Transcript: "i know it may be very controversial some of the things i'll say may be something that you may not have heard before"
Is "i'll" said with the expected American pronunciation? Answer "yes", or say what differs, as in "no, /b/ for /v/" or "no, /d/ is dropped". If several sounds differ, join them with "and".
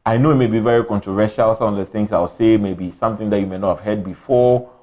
no, /w/ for /l/